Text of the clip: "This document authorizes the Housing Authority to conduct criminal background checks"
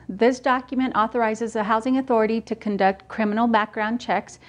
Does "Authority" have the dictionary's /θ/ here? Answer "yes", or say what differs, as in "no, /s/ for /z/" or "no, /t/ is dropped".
yes